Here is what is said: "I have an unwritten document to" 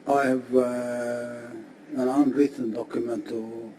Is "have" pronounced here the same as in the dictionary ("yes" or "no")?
yes